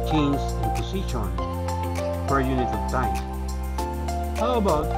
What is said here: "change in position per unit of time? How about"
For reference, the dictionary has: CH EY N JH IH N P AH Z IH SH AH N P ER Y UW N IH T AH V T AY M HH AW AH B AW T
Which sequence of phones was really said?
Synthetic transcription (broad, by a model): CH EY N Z IH N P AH S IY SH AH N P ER Y UW N IH T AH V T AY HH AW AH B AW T